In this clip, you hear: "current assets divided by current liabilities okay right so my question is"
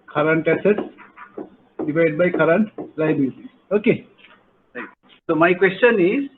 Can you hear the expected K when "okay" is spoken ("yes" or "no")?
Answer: yes